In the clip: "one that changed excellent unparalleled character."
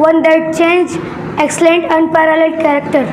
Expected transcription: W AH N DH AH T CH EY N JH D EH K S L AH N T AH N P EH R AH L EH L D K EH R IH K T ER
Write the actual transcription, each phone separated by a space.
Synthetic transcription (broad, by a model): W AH N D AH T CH EY N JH EH K S L AH N T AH N P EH R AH L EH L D K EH R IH K T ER